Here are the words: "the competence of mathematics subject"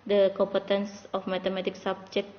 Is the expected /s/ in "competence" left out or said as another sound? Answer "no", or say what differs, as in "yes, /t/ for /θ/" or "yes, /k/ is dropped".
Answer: no